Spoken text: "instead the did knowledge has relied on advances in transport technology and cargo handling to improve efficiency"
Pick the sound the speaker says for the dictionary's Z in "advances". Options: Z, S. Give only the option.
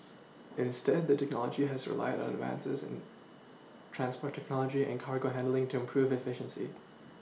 Z